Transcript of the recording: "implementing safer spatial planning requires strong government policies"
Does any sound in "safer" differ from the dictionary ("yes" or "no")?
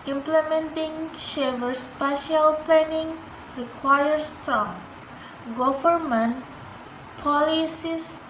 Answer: yes